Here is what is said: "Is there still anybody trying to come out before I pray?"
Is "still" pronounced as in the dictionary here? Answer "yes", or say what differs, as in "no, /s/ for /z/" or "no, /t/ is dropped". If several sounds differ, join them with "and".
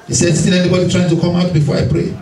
no, /n/ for /l/